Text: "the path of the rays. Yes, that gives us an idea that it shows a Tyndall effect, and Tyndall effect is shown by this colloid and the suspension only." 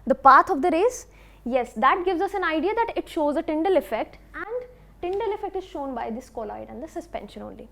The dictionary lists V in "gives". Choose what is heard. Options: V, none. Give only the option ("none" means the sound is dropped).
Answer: V